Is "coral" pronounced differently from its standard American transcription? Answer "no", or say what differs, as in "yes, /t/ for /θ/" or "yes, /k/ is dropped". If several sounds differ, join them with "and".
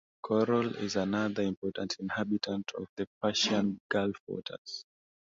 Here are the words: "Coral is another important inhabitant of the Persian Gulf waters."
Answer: no